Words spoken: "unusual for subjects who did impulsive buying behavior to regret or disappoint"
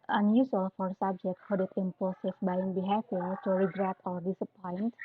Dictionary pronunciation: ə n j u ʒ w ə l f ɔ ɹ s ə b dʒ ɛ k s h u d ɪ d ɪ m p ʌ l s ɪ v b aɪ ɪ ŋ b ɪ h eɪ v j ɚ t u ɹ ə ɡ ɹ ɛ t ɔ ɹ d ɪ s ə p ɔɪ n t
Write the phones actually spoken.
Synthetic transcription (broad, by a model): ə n j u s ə l f ɔ ɹ s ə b dʒ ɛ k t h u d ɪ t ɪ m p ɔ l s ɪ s b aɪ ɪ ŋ b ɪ h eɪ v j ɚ t u ɹ ə ɡ ɹ ɛ t ɔ ɹ d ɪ s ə p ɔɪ n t